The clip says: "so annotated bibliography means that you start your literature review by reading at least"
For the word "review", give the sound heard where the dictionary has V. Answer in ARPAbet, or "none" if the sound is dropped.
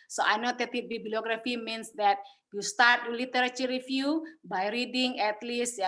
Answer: F